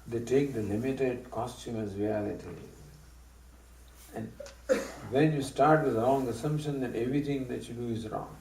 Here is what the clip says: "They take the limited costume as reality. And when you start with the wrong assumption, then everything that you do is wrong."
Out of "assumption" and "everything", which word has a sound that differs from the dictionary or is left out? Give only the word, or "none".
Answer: everything